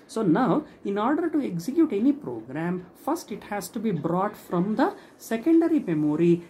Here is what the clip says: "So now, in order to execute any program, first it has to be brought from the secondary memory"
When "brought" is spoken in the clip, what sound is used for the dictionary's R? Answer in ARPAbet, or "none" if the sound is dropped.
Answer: R